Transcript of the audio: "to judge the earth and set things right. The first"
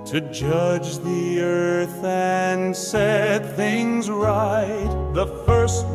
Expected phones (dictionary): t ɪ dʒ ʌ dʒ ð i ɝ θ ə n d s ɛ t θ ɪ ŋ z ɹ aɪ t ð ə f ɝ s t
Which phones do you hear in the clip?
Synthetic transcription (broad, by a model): t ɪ dʒ ʌ dʒ ð i ɝ θ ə n s ɛ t θ ɪ ŋ z ɹ aɪ t ð ə f ɝ s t